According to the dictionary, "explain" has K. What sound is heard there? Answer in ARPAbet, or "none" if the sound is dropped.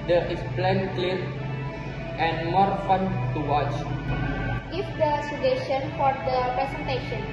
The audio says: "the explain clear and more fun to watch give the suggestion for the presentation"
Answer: none